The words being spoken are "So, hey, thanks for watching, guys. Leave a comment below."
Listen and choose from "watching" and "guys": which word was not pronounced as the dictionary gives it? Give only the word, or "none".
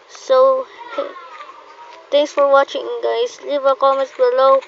guys